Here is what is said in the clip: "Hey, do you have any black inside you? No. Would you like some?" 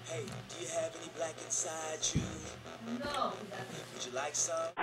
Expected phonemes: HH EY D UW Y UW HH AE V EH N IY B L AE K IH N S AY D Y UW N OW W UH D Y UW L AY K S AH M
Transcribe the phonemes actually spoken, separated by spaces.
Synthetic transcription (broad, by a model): HH EY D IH Y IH V EH N IY B L AE K IH N S AY D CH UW N OW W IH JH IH L AY K S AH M